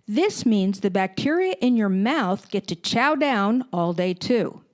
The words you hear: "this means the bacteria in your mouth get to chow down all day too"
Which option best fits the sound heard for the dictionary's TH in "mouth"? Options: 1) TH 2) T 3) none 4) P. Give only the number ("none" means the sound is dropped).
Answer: 1